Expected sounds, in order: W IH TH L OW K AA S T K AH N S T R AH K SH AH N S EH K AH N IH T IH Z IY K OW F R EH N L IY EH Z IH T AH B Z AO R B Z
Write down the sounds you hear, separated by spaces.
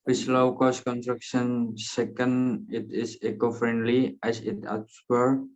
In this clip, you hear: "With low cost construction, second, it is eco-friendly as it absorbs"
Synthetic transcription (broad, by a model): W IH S L OW K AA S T K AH N S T R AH K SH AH N S EH K AH N IH T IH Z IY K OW F R EH N L IY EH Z IH T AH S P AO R